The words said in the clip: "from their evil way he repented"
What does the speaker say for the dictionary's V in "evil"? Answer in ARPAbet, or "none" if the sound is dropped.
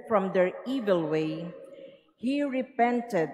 V